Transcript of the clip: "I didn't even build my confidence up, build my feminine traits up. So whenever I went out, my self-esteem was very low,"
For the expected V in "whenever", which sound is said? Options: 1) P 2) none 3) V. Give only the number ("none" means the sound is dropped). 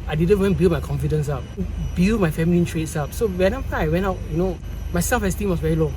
1